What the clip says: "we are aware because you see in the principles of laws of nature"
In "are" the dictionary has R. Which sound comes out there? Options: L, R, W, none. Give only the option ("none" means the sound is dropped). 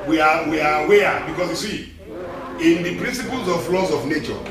W